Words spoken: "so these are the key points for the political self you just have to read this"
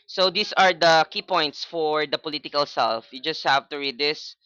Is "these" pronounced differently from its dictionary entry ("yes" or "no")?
yes